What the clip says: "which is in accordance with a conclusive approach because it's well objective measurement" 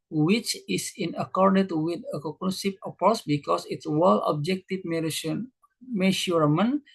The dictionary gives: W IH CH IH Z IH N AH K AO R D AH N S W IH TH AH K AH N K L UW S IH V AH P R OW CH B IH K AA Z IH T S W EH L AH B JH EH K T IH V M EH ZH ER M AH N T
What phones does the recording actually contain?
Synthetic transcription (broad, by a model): W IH CH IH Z IH N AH K AO R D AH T W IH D AH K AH K N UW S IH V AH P R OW S B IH K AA S IH T S W EH L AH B JH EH K T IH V M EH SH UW M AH N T